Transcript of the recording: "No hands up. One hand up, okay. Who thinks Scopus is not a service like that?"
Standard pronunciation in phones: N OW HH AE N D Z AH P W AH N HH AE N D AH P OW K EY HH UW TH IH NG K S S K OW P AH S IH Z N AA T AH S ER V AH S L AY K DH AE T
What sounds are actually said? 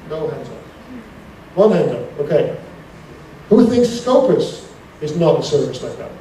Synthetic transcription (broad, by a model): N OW HH AE N D Z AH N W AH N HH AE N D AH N OW K EY HH UW TH IH NG K S S K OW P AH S IH Z N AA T AH S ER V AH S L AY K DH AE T